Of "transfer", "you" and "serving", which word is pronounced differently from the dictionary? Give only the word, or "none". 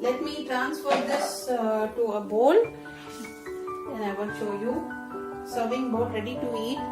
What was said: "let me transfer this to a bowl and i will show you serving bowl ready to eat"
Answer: none